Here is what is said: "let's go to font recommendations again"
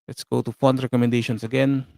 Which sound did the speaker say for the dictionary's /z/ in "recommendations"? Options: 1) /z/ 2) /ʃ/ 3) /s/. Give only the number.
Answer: 3